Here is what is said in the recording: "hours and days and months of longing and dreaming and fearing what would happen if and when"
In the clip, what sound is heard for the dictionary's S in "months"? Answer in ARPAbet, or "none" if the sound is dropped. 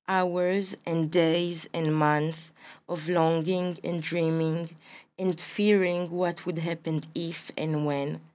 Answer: none